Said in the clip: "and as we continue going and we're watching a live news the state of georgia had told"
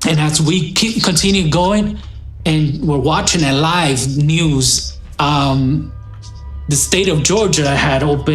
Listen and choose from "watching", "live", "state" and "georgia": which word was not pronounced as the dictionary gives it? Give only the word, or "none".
none